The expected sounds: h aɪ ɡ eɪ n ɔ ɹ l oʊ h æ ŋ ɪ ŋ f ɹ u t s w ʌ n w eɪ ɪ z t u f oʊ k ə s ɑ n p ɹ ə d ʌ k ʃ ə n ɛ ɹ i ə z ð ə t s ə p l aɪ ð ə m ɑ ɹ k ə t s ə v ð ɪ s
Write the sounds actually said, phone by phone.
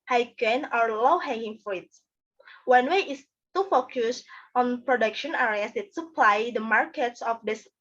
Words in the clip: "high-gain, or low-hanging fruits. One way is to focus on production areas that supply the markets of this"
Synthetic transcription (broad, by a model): h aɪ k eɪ n ɔ ɹ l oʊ h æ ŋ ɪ ŋ f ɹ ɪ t w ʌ n w eɪ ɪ s t u f oʊ k ə s ɑ n p ɹ ə d ʌ k ʃ ə n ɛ ɹ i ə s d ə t s ə p l aɪ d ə m ɑ ɹ k ə t s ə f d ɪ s